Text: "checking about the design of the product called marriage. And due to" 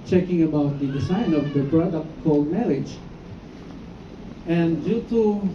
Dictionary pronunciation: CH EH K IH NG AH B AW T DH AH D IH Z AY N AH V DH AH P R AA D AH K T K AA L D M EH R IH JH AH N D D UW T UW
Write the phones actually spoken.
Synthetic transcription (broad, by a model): CH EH K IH NG AH B AW T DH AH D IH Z AY N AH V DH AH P R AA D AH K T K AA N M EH L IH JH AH N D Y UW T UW